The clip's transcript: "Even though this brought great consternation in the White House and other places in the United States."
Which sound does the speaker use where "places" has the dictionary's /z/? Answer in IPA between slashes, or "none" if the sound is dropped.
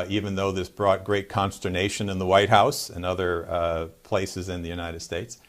/z/